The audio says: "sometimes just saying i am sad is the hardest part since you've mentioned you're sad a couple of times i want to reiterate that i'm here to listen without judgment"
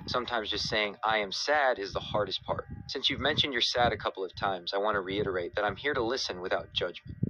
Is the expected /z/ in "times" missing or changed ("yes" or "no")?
no